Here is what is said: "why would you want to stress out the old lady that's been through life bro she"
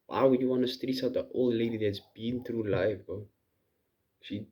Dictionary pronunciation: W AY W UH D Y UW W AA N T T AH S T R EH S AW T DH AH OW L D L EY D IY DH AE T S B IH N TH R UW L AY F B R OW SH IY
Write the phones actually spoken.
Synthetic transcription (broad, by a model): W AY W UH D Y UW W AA N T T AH S T R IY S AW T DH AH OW L L EY D IY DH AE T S B IH N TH R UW L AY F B OW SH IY